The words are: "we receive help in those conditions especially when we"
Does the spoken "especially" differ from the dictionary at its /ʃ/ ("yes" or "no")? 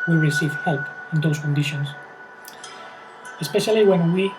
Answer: no